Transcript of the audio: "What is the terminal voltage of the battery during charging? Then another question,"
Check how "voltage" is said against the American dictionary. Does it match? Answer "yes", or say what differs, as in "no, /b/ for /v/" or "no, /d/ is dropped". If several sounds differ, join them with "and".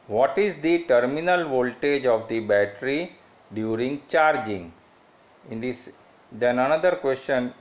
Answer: yes